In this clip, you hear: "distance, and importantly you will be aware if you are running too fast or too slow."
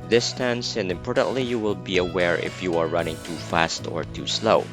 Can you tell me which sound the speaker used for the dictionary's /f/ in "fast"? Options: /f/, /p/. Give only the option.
/f/